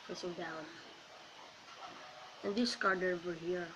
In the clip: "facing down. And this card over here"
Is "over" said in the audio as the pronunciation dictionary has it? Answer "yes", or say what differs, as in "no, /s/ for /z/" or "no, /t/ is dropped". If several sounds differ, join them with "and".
no, /w/ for /v/